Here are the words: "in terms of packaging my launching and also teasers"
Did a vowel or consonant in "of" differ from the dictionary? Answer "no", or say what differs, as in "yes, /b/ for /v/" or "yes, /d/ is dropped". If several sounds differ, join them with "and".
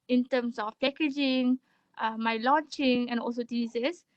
yes, /f/ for /v/